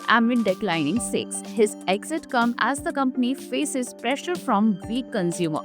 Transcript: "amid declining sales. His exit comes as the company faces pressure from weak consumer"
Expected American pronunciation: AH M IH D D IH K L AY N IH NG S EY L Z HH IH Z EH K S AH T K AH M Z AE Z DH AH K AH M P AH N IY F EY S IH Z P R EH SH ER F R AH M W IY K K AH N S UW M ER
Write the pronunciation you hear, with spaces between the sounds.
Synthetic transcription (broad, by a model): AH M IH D D IH K L AY N IH NG S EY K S HH IH Z EH K S AH T K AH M AE Z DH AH K AH M P AH N IY F EY S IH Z P R EH SH ER F R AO M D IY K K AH N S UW M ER